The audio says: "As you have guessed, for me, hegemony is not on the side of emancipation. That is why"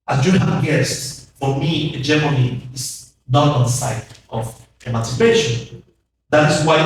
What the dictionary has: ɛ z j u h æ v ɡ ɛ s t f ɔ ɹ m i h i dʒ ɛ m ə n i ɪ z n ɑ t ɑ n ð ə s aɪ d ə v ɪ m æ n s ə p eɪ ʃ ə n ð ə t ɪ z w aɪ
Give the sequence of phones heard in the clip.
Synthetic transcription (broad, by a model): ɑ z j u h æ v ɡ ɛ s t f ɔ ɹ m i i dʒ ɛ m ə i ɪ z n ɑ t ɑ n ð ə s aɪ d ə v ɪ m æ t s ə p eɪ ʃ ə n ð ə t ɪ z w aɪ